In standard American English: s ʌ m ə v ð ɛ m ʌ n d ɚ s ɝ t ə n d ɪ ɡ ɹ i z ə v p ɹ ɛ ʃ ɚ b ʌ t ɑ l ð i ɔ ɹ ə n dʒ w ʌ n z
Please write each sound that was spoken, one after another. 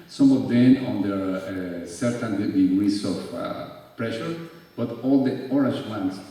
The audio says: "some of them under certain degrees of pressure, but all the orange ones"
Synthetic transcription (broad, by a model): s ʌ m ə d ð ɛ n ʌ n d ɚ s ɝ t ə n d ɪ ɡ ɹ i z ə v p ɹ ɛ ʃ ɚ b ʌ t ɑ l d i ɔ ɹ ə n dʒ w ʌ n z